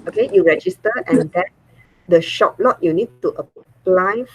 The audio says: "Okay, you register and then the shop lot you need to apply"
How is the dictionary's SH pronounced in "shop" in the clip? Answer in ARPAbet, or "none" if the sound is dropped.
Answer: SH